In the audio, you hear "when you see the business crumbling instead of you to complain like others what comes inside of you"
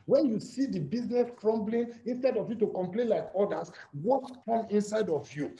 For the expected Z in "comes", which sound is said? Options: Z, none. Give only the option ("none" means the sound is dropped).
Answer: none